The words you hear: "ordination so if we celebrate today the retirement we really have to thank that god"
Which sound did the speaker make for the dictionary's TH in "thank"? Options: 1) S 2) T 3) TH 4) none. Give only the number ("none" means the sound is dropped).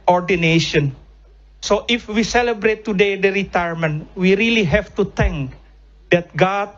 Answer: 2